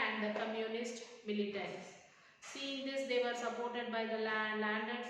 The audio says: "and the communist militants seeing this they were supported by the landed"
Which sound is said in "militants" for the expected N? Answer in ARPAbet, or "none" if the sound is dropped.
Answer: none